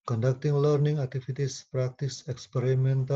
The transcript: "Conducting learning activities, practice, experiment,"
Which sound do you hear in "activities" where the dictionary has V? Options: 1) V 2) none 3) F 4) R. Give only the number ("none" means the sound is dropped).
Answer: 3